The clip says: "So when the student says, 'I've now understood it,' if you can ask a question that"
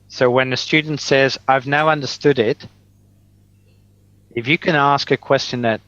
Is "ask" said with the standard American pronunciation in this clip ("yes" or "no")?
yes